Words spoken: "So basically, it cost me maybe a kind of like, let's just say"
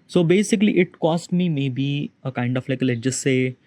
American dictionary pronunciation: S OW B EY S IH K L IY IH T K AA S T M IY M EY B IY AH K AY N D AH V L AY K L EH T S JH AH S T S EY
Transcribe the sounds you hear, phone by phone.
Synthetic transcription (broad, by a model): S OW B EY S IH K L IY IH T K AA S T M IY M EY B IY AH K AY N D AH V L AY K L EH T JH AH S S EY